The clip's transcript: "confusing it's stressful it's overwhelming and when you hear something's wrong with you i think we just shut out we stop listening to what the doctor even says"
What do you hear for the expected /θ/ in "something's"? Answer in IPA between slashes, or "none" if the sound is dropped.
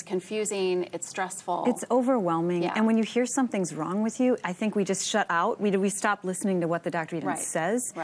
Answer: /θ/